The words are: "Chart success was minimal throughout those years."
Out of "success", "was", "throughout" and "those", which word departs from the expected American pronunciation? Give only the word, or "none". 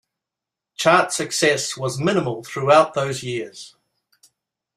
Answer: none